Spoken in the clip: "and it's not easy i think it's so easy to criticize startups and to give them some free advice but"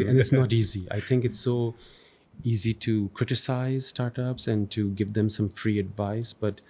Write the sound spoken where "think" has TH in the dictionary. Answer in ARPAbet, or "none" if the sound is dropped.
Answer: T